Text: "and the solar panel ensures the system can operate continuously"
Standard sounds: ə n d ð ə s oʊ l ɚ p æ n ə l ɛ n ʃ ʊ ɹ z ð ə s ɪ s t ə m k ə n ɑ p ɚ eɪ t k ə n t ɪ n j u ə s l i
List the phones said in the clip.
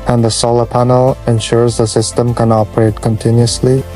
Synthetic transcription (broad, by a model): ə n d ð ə s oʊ l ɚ p æ n ə l ɛ n ʃ ʊ ɹ z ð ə s ɪ s t ə m k ə n ɑ p ɚ eɪ t k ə n t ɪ n j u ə s l i